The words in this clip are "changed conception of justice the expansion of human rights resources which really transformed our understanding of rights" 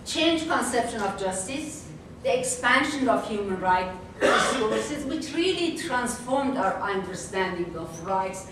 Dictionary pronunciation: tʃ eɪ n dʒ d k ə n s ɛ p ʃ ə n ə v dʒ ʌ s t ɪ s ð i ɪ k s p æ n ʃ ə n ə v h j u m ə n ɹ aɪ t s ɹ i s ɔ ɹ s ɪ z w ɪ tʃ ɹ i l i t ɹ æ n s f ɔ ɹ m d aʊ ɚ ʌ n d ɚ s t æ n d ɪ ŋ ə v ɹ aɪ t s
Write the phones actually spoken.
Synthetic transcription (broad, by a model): tʃ eɪ n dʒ k ə n s ɛ p ʃ ə n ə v dʒ ʌ s t ɪ s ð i ɪ k s p æ n ʃ ə n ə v h j u m ə n ɹ aɪ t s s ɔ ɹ s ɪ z w ɪ tʃ ɹ i l i t ɹ æ n s f ɔ ɹ m d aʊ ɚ ʌ n d ɚ s t æ n d ɪ ŋ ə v ɹ aɪ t s